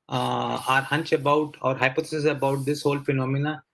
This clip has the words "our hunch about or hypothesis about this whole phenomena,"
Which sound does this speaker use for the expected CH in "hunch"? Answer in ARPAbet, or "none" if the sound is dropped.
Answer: CH